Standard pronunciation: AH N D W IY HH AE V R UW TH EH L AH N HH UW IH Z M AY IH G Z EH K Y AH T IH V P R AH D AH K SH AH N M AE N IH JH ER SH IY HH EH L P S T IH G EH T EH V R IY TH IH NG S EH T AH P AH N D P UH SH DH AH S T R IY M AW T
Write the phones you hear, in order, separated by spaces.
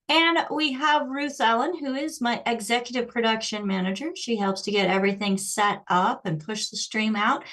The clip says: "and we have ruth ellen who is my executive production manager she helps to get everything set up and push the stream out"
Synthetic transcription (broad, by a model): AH N W IY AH V R UW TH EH L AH N HH UW IH Z M AY IH G Z EH K Y AH T IH V P R AH D AH K SH AH N M AE N IH JH ER SH IY HH EH L P S T IH G EH T EH V R IY TH IH NG S EH T AH P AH N P UH SH DH AH S T R IY M AW T